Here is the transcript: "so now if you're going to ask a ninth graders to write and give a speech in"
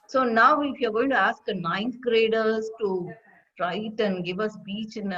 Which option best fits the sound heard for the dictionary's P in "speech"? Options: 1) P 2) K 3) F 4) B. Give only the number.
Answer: 4